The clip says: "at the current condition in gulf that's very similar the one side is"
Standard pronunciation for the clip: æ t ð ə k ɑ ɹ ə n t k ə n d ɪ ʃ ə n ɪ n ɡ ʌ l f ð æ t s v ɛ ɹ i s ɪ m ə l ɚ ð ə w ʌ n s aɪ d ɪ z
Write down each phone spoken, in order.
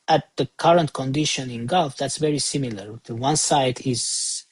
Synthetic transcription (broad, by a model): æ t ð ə k ɑ ɹ ə n t k ə n d ɪ ʃ ə n ɪ n ɡ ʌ l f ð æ t s v ɛ ɹ i s ɪ m ə l ɚ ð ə w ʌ n s aɪ d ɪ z